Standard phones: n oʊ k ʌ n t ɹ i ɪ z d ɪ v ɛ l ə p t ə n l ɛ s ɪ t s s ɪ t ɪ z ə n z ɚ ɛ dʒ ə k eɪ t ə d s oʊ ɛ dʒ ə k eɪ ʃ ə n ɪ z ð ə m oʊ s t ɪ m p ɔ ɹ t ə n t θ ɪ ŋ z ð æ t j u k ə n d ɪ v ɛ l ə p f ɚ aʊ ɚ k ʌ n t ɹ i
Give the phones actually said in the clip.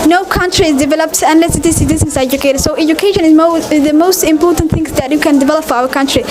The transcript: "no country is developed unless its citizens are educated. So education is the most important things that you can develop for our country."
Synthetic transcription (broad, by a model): n oʊ k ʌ n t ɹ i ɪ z d ɪ v ɛ l ə p t ə n l ɛ s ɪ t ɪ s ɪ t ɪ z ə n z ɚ ɛ dʒ ə k eɪ t ə d s oʊ ɛ dʒ ə k eɪ ʃ ə n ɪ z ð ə m oʊ s t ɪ m p ɔ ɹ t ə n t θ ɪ ŋ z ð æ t j u k ə n d ɪ v ɛ l ə p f aʊ ɚ k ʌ n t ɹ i